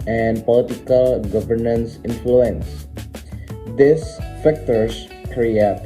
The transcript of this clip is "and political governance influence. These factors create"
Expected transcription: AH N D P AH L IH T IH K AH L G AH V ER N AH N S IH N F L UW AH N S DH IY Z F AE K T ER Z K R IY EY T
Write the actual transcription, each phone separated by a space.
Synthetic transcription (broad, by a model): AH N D P AH L IH T IH K AH L G AH V ER N AH N S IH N F L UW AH N S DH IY S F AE K T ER S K R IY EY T